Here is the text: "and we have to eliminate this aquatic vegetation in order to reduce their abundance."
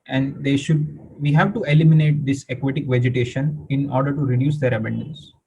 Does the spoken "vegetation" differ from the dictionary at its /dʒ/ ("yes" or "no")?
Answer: no